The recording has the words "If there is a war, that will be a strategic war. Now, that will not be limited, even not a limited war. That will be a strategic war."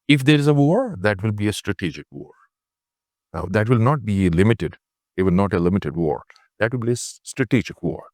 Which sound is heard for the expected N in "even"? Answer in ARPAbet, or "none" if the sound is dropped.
L